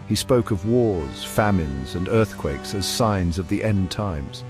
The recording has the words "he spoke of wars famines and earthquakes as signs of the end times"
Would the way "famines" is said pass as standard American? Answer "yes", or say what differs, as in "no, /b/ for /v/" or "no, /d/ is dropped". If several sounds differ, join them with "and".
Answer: yes